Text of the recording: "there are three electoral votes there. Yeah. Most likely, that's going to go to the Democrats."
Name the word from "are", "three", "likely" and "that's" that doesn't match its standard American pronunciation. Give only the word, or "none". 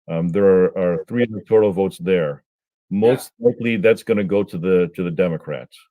none